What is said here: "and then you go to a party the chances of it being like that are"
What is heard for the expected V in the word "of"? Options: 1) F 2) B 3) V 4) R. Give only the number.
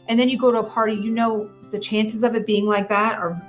3